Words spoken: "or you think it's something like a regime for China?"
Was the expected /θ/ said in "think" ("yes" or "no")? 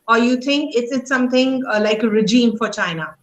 no